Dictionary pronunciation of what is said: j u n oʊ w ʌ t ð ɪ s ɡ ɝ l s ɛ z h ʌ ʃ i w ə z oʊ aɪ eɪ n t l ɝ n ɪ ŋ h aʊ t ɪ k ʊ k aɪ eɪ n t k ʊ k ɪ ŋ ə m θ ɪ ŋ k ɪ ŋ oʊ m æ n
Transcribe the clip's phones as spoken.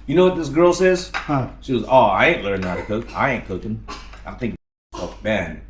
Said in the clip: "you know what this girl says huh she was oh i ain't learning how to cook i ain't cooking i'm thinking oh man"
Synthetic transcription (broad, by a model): j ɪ n oʊ w ʌ t ð ɪ s ɡ ɝ l s ɛ z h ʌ ʃ i w ə z oʊ aɪ eɪ n t l ɝ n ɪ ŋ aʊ t ɪ k ʊ k aɪ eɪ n k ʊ ɪ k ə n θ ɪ ŋ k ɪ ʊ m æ n